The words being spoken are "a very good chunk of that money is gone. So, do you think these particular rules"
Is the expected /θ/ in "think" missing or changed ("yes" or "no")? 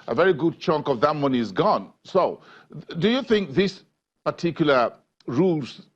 no